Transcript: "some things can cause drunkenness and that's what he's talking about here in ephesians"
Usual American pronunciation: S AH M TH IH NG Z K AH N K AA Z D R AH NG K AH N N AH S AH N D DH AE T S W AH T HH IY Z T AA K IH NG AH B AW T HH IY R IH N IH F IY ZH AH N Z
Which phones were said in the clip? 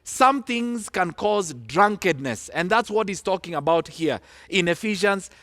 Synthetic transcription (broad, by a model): S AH M TH IH NG Z K AH N K AA Z D R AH NG K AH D N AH S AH N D DH AE T S W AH T HH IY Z T AA K IH NG AH B AW T HH IY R IH N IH F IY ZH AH N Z